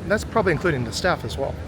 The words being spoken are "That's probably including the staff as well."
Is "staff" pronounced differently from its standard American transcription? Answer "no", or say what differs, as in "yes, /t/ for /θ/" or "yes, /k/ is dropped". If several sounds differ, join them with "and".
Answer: no